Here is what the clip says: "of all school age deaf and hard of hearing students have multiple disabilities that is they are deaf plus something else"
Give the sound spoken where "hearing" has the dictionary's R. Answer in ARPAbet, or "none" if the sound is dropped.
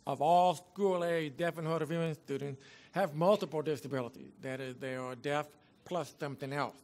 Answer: none